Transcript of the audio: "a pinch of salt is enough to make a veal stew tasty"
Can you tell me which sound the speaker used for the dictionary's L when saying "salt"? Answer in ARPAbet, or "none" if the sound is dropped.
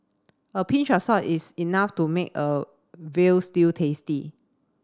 none